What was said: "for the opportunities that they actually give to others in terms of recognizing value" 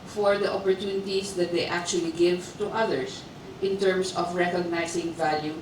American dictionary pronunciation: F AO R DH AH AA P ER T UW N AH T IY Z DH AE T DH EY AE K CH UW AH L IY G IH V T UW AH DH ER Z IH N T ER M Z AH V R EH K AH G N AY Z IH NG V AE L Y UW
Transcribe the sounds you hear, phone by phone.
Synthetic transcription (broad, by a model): F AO R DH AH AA P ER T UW N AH T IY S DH T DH EY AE K CH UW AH L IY G IH V T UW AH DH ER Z IH N T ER M S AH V R EH K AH G N AY S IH NG V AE L Y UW